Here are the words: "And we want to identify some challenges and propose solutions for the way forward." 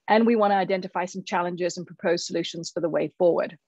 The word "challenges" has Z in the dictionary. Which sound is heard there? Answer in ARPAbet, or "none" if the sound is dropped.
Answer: Z